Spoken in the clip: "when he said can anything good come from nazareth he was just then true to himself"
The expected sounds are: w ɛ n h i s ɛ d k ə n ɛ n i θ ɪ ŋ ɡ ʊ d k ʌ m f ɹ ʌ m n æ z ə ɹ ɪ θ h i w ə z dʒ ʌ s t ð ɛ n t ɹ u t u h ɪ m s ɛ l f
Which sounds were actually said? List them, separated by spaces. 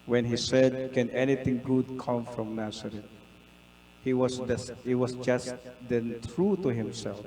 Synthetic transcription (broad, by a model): w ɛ n h i s ɛ d k ə n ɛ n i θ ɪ ŋ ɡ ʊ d k ʌ m f ɹ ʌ m n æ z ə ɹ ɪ s h i w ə s dʒ ʌ s t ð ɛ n t ɹ u t u h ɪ m s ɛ l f